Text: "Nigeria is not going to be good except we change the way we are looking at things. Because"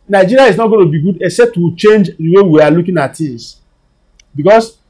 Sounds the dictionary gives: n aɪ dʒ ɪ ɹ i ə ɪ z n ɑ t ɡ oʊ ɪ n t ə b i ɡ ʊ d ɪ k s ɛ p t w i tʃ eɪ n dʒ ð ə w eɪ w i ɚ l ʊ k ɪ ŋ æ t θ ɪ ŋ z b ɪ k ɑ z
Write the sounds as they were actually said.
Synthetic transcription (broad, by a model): n aɪ dʒ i ɹ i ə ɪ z n ɑ t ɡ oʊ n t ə b i ɡ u d ɪ k s ɛ p t w i tʃ eɪ n dʒ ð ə w eɪ w i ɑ l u k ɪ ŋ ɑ t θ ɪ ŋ s b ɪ k ɑ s